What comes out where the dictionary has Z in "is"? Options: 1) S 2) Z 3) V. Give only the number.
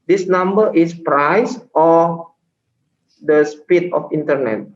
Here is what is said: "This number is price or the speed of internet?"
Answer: 1